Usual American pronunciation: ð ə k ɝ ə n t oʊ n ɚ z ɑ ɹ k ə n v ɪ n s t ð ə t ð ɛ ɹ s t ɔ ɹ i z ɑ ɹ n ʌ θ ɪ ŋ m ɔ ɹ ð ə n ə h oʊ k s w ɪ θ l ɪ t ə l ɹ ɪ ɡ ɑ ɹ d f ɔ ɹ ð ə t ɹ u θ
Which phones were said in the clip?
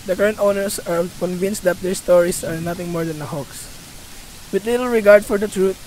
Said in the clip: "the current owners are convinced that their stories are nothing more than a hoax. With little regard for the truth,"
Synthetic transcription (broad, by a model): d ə k ɝ ə n t oʊ n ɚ s ɑ ɹ k ə n v ɪ n s t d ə t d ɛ ɹ s t ɔ ɹ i s ɑ ɹ n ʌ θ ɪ ŋ m ɔ ɹ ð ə n ə h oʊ k s w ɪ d l ɪ t ə l ɹ ɪ ɡ ɑ ɹ d f ɔ ɹ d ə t ɹ u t